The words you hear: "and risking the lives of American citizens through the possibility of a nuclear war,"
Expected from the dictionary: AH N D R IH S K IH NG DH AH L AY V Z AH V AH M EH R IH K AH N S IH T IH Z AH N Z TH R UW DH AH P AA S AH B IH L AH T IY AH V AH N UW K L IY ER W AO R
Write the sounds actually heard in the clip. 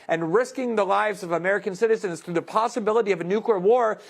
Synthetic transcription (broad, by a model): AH N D R IH S K IH NG DH AH L AY V Z AH V AH M EH R IH K AH N S IH T IH Z AH N Z TH R UW DH AH P AA S AH B IH L AH T IY AH V AH N UW K L IY ER W AO R